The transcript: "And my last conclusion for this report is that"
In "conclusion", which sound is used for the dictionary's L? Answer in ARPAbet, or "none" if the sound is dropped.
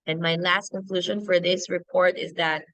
L